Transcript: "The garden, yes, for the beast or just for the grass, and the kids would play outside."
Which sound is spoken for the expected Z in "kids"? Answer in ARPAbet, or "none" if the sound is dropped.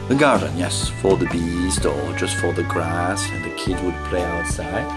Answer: none